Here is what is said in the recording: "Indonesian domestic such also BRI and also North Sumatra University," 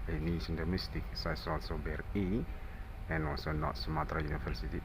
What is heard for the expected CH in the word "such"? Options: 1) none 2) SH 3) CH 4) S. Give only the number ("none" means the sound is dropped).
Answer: 4